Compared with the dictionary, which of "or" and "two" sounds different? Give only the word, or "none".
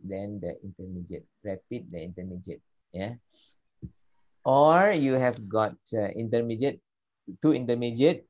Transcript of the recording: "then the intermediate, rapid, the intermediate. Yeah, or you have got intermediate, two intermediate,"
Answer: none